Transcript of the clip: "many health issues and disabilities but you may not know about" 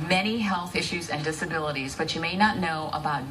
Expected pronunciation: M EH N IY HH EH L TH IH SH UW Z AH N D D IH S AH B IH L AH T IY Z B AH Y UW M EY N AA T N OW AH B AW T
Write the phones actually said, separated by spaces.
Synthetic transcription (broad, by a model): M EH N IY HH EH L TH IH SH UW Z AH N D D IH S AH B IH L AH T IY Z B AH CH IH M EY N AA T N OW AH B AW T